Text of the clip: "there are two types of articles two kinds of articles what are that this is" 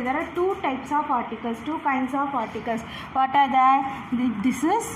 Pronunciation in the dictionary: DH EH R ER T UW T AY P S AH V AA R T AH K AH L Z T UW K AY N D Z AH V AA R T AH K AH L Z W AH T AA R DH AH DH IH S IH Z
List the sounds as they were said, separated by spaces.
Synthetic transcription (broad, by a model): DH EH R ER T UW T AY P S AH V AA R T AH K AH L S T UW K AY N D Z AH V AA R T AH K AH L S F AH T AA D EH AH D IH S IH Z